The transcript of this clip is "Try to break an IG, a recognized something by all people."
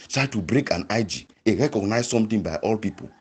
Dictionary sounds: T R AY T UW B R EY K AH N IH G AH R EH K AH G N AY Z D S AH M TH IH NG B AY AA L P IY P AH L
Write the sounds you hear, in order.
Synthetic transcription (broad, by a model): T R AY T UW B R EY K AH N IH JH AH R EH K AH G N AY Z S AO M T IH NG B AY AA L P IY P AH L